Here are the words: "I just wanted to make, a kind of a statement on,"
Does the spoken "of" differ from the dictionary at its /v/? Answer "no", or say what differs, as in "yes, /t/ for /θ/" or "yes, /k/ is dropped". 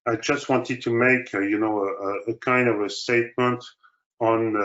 no